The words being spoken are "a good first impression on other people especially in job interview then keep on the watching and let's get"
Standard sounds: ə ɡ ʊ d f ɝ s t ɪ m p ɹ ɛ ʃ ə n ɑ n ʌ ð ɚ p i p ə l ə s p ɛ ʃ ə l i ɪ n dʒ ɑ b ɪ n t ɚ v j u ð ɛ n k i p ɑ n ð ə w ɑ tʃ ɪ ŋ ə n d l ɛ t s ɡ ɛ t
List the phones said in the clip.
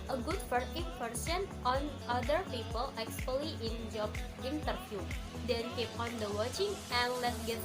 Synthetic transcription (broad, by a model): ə ɡ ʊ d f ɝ t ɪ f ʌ ɹ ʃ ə n ɑ n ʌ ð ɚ p i p ə l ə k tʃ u ə l i ɪ n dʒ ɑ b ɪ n t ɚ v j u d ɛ n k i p ɑ n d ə w ɑ tʃ ɪ ŋ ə n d l ɛ t s ɡ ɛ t